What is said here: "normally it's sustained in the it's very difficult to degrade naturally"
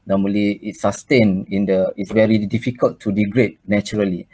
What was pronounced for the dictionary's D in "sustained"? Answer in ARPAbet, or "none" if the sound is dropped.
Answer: none